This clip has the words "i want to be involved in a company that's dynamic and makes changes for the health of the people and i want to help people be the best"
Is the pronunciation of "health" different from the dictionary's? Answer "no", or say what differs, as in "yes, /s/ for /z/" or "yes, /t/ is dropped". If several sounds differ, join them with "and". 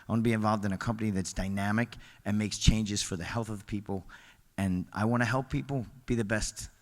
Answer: no